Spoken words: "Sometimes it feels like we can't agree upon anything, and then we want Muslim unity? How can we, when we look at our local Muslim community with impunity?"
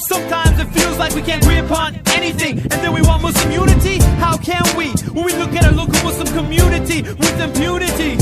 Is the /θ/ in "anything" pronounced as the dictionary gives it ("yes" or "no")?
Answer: yes